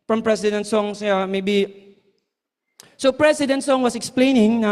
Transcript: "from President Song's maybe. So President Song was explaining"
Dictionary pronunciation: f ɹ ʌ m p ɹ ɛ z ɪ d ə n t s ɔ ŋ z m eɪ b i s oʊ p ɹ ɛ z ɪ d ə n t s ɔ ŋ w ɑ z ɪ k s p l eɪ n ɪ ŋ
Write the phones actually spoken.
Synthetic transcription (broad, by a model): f ɹ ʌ m p ɹ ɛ s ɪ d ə n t s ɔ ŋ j m eɪ b i s oʊ p ɹ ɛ s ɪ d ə n t s ɔ ŋ w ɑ s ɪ k s p l eɪ n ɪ ŋ